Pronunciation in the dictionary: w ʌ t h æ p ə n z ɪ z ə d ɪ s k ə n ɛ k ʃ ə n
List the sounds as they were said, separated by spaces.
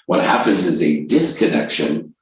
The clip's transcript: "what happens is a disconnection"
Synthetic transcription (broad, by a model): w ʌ t h æ p ə n z ɪ z ə d ɪ s k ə n ɛ k ʃ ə n